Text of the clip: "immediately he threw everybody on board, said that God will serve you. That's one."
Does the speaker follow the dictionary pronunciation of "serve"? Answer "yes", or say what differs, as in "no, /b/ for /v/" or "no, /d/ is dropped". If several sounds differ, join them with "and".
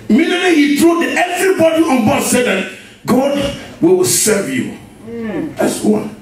yes